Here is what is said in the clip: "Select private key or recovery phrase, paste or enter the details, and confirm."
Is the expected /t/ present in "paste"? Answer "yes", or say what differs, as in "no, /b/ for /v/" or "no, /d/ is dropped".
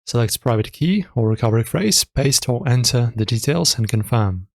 yes